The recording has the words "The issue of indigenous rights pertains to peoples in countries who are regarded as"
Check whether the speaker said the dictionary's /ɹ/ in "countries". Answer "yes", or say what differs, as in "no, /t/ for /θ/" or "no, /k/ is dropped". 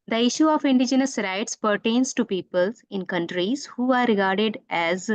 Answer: yes